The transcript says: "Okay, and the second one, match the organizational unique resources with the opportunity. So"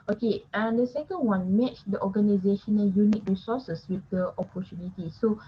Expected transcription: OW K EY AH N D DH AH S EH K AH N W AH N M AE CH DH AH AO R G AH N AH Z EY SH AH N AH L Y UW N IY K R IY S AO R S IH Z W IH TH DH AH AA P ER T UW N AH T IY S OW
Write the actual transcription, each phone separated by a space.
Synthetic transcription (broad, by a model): OW K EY AH N D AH S EH K AH N W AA N M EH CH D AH AO G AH N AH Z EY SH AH N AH N Y UW N IY K R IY S AO S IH S W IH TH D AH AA P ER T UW N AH T IY S OW